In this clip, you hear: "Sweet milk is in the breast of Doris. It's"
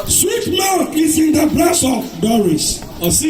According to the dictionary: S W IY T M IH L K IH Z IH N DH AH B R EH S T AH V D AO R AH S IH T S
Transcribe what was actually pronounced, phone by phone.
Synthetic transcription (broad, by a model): S W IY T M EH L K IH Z IH N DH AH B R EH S AH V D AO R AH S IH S